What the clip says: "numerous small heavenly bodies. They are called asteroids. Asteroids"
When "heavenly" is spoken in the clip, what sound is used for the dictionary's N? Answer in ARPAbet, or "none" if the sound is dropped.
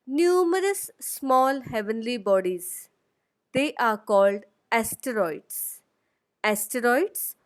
N